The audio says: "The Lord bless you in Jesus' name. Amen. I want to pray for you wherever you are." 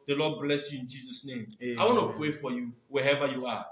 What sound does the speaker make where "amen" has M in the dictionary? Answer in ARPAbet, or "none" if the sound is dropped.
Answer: none